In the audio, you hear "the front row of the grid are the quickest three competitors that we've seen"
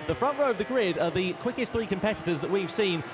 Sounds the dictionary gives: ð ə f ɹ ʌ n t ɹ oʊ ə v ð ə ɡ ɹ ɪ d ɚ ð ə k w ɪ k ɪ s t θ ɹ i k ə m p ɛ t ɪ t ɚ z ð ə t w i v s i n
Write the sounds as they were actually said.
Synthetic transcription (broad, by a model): ð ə f ɹ ʌ n t ɹ oʊ ə v ð ə ɡ ɹ ɪ d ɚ ð ə k w ɪ k ɪ s t θ ɹ i k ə m p ɛ t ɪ t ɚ z ð ə t w i v s i n